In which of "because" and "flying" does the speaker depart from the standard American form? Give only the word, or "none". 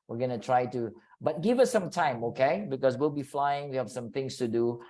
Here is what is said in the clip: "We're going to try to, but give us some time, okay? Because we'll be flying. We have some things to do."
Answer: because